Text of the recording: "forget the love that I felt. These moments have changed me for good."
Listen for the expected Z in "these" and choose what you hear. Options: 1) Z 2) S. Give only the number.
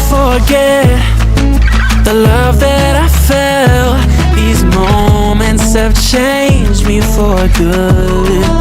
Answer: 1